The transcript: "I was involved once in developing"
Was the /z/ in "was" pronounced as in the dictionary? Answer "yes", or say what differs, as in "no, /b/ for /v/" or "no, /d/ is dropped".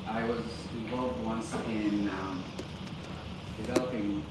yes